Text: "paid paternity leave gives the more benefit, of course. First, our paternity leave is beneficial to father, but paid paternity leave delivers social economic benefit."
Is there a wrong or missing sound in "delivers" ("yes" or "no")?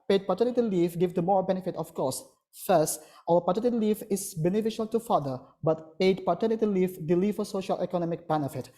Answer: yes